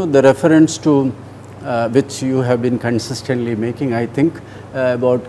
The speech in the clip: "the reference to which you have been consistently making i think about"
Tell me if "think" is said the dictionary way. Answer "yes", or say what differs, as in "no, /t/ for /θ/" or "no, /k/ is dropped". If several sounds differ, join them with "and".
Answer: no, /t/ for /θ/